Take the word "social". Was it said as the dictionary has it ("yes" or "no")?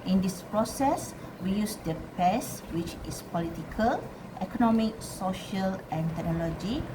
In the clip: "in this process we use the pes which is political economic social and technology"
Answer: yes